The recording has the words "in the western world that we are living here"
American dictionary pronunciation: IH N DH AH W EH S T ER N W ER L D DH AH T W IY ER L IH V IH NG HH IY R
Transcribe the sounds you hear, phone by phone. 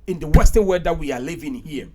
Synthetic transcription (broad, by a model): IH N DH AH W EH S T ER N W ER D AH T W IY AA L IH V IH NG HH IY